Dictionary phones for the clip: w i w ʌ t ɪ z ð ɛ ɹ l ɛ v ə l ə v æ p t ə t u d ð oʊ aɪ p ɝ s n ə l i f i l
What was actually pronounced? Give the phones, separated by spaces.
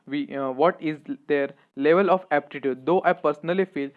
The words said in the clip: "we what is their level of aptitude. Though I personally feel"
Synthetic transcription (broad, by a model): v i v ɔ t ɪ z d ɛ ɹ l ɛ v ə l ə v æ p t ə t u d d oʊ aɪ p ɝ s n ə l i f i l